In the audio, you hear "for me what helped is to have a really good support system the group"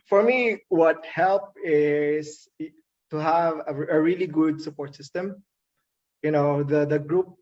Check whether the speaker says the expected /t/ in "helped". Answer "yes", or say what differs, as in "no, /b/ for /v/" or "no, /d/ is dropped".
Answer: no, /t/ is dropped